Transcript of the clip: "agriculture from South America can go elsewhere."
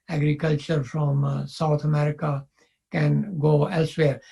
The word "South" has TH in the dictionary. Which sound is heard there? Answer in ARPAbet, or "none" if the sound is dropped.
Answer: T